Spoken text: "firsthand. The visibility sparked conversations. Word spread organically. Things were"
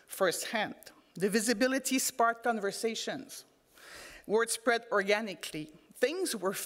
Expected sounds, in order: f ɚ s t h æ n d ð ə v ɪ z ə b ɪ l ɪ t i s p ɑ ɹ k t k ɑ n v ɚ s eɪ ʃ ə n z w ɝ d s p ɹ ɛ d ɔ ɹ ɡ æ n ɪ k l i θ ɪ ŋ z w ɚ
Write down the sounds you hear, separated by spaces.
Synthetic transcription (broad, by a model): f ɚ s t h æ n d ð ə v ɪ z ə b ɪ l ɪ t i s p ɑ ɹ t k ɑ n v ɚ s eɪ ʃ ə n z w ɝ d s p ɹ ɛ d ɔ ɹ ɡ æ n ɪ k l i θ ɪ ŋ z w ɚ